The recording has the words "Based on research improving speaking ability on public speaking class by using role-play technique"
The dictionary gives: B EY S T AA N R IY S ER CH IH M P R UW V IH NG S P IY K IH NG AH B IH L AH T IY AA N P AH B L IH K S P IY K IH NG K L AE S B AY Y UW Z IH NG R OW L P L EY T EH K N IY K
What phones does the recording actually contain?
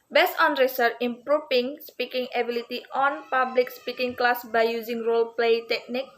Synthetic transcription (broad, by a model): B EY S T AA N R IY S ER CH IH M P R UW F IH NG S P IY K IH NG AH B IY L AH T IY AA N P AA B L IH K S P IY K IH NG K L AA S B AY Y UW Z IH NG R OW L P L EY T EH K N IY K